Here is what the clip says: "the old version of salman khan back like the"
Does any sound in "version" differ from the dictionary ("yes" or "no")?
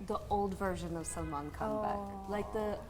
no